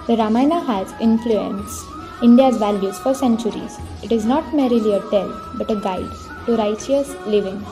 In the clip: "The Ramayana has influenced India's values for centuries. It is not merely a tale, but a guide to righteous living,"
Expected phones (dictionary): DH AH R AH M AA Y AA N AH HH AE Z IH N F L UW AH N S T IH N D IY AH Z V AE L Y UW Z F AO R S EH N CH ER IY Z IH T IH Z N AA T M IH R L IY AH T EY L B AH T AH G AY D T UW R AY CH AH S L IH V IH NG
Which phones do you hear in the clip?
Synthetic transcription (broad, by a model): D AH R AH M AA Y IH N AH HH AE Z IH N F L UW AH N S IH N D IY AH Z V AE L Y UW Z F AO R S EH N CH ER IY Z IH T IH Z N AA T M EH R L IY AH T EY L B AH T AH G AY D T UW R AY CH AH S L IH V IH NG